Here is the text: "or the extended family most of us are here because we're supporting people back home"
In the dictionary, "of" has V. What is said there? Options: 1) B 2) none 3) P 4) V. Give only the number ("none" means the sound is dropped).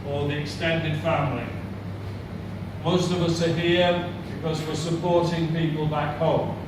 4